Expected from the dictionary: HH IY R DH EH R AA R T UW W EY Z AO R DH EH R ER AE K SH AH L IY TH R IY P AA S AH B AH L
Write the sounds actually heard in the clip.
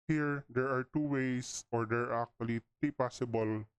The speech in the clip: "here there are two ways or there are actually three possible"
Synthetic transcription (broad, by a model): HH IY R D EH R AA R T UW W EY S AO R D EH R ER K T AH L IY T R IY P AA S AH B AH L